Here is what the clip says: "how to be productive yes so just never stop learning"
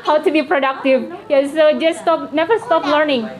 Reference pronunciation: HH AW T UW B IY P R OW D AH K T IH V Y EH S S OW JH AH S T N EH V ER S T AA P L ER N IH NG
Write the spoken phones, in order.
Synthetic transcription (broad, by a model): HH AW T UW B IY P R OW D AH K T IH V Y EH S S OW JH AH S T N EH V ER S T AA P L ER N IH NG